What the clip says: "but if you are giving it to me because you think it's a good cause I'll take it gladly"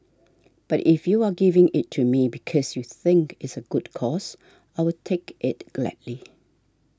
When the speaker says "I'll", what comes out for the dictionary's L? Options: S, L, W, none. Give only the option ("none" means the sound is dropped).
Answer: W